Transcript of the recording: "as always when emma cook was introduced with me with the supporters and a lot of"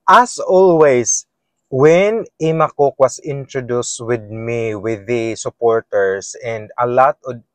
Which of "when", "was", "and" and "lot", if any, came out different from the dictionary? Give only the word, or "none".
was